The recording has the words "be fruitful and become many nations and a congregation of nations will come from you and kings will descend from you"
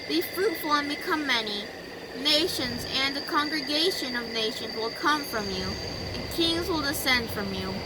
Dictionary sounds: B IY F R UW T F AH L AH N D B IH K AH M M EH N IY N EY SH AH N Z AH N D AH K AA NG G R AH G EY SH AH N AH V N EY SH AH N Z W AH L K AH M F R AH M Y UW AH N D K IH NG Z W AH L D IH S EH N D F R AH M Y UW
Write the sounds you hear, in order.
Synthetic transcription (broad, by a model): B IY F R UW T F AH L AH N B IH K AH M M EH N IY N EY SH AH N Z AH N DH AH K AA NG G R AH G EY SH AH N AH V N EY SH AH N Z W AH L K AH M F R AH M Y UW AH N K IH NG Z W AH L D IH S EH N D F R AH M Y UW